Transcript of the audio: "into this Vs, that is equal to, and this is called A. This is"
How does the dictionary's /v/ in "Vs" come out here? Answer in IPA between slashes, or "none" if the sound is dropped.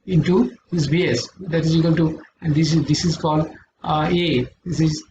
/b/